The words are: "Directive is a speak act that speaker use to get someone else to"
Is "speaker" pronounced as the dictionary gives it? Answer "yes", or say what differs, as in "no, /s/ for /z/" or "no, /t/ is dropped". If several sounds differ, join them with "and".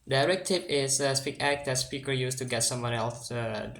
yes